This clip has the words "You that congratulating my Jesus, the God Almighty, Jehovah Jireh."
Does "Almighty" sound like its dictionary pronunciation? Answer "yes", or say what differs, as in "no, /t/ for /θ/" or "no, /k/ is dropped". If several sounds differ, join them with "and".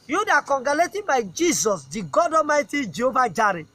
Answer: no, /l/ is dropped